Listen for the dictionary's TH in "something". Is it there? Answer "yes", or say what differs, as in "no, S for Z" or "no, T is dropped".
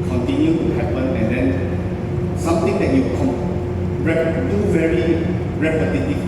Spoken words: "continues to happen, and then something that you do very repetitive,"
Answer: no, T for TH